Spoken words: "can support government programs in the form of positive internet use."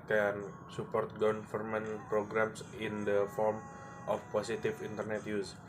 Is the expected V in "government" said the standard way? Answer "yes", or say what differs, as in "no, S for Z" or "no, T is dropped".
no, F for V